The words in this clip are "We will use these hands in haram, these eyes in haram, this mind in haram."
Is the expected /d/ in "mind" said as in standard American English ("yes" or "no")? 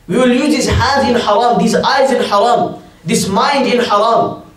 yes